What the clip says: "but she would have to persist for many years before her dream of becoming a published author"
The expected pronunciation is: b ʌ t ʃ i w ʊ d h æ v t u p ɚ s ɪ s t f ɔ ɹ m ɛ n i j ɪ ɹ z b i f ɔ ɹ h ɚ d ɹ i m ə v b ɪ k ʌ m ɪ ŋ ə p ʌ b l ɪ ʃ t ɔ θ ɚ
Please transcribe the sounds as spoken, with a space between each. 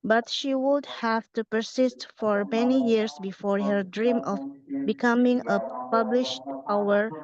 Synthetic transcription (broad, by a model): b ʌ t ʃ i w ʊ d h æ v t u p ɚ s ɪ s t f ɔ ɹ m ɛ n i j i ɹ s b i f ɔ ɹ h ɚ d ɹ i m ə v b ɪ k ʌ m ɪ ŋ ə p ʌ b l ɪ ʃ t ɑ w ɚ